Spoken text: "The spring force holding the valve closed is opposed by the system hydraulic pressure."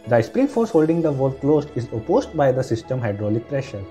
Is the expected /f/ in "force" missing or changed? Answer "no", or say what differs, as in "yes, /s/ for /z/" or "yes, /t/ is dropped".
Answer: no